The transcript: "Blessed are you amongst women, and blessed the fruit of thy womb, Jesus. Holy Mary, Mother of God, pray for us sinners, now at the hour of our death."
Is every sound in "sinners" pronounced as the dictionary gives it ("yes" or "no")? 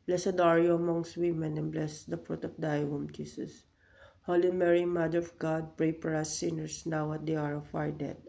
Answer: no